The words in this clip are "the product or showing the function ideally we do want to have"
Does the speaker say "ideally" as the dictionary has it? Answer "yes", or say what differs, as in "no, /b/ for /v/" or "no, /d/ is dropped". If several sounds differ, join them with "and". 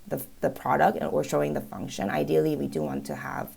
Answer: yes